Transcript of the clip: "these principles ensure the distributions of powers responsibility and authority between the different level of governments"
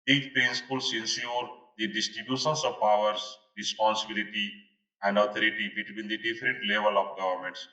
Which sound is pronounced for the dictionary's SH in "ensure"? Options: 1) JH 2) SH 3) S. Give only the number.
3